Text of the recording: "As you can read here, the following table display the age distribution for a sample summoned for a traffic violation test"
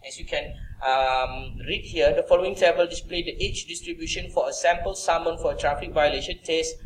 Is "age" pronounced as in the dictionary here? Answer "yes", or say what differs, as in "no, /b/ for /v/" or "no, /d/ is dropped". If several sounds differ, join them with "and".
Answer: no, /tʃ/ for /dʒ/